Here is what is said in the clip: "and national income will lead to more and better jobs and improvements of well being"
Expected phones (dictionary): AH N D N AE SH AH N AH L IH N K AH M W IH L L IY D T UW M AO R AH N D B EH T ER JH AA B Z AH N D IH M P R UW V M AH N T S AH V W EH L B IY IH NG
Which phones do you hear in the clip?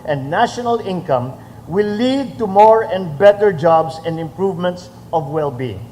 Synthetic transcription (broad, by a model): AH N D N AE SH AH N AH L IH N K AH M W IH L L IY D T UW M AO R AH N D B EH T ER JH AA B S AH N D IH M P R UW V M AH N T S AH V W EH L B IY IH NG